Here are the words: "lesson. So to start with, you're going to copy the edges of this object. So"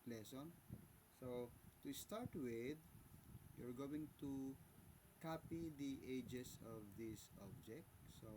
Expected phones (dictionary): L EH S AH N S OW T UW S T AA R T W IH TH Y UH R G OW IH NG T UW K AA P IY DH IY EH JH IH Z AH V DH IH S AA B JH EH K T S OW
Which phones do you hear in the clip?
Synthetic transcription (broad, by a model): L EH S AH N S OW T UW S T AA R T W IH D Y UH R G OW IH NG T UW K AA P IY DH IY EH JH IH S AH V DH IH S AA B JH EH K T S OW